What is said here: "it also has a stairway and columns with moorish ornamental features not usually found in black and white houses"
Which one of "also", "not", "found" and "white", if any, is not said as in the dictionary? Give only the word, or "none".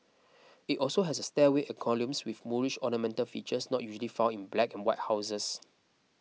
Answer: found